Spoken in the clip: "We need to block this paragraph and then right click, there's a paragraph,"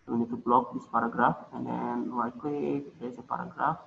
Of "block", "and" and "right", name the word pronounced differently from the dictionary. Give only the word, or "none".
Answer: right